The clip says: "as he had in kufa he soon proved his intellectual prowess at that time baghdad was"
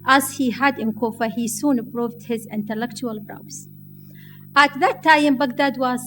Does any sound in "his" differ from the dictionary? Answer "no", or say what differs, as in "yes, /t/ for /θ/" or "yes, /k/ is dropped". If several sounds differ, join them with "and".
no